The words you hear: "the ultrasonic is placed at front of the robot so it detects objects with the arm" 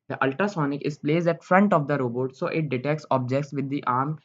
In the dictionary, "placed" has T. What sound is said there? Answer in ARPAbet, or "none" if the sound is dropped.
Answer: none